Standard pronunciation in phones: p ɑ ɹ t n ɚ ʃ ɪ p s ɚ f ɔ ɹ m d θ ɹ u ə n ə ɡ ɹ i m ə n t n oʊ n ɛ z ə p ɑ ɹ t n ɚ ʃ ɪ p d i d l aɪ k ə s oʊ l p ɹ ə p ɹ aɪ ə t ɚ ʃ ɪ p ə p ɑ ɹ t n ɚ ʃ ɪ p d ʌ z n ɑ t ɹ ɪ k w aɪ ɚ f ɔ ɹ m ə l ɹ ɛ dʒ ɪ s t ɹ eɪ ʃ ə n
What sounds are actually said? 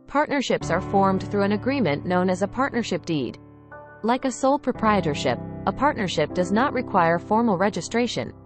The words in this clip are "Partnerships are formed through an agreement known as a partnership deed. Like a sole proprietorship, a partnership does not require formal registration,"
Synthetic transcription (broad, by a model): p ɑ ɹ t n ɚ ʃ ɪ p s ɚ f ɔ ɹ m d θ ɹ u ə n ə ɡ ɹ i m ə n n oʊ n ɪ z ə p ɑ ɹ t n ɚ ʃ ɪ p d i d l aɪ k ə s oʊ l p ɹ ə p ɹ aɪ ə t ɚ ʃ ɪ p ə p ɑ ɹ t n ɚ ʃ ɪ p d ʌ z n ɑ t ɹ ɪ k w aɪ ɚ f ɔ ɹ m l ɹ ɛ dʒ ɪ s t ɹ eɪ ʃ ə n